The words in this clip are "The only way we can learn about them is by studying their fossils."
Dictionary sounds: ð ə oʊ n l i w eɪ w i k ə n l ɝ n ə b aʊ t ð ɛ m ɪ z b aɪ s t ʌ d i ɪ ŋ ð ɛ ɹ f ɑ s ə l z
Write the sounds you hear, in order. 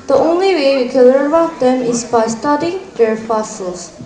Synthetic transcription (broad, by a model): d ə oʊ n l i w eɪ w i k ə n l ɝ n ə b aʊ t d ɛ m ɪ s b aɪ s t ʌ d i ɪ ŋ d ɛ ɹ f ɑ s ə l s